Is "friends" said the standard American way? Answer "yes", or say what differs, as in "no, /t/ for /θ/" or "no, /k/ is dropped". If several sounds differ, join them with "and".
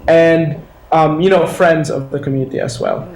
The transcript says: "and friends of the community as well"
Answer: yes